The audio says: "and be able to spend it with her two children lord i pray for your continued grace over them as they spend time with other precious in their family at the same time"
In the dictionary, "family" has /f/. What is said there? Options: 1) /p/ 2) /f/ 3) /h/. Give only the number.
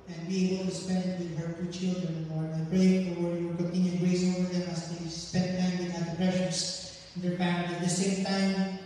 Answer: 1